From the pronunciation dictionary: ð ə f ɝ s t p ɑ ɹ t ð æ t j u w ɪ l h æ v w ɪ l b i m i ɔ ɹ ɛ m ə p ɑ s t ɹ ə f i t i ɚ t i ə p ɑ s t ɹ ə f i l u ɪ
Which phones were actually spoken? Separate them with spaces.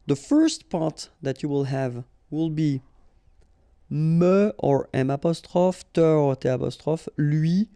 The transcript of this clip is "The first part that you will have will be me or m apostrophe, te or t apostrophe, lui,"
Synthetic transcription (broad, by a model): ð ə f ɝ s t p ɑ ɹ t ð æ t j u w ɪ l h æ v w ɪ l b i m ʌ ɔ ɹ ɛ m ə p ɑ s t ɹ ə f t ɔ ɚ t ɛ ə p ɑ s t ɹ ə f l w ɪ